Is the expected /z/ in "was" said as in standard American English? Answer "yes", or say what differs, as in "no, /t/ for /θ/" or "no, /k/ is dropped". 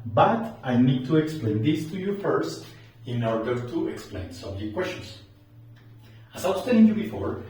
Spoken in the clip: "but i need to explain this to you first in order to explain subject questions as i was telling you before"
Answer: no, /s/ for /z/